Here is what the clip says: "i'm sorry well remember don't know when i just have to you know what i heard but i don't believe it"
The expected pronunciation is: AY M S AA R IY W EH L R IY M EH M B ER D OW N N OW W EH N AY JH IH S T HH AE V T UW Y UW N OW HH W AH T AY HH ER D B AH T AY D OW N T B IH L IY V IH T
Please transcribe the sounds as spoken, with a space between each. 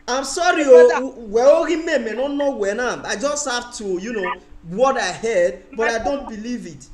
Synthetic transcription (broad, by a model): AY M S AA R IY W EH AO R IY M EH M ER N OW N N OW W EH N AY JH IH S T HH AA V T UW Y UW N OW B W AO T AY HH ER D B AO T AY D OW N T B IH L IY V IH T